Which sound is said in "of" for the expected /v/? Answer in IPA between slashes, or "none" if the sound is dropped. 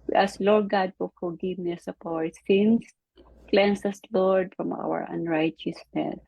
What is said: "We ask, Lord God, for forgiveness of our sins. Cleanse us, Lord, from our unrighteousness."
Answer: /p/